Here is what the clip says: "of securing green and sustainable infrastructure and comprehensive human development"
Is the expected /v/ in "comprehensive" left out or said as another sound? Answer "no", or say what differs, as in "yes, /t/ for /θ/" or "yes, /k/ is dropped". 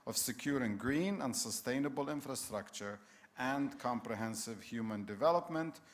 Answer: no